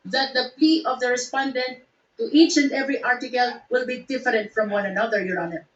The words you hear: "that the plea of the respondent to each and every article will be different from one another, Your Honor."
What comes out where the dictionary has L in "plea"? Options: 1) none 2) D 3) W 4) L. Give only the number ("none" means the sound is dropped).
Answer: 1